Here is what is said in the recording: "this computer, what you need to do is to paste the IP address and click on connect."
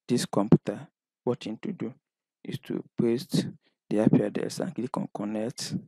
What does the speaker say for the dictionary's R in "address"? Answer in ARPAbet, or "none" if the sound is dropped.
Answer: none